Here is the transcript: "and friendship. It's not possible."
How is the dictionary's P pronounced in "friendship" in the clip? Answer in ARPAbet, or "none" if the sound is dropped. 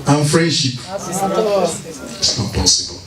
P